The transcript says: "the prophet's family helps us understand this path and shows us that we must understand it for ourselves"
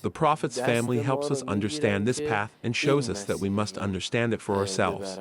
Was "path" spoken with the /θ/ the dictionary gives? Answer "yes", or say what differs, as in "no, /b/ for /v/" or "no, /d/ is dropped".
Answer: yes